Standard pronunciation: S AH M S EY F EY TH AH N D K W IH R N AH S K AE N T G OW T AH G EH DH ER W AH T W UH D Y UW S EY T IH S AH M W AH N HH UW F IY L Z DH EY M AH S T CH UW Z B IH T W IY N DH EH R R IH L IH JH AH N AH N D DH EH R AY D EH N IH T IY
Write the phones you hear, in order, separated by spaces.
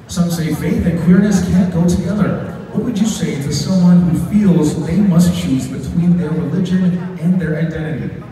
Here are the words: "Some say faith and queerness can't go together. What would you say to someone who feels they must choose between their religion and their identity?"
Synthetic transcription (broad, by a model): S AH M S EY F EY TH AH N K W IH R N AH S K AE N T G OW T AH G EH DH ER W AH T W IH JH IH S EY T IH S AH M W AH N HH UW F IY L Z DH EY M AH S T CH UW Z B IH T W IY N DH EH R R IH L IH JH AH N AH N DH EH R AY D EH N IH T IY